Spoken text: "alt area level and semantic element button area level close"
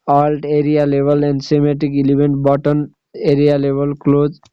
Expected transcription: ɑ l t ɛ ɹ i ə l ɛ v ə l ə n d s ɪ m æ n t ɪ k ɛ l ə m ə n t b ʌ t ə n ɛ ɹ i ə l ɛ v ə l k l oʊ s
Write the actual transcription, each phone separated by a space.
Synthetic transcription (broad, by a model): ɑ l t ɛ ɹ i ə l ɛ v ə l ə n d s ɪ m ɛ t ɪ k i l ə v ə n t b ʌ t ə n ɛ ɹ i ə l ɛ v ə l k l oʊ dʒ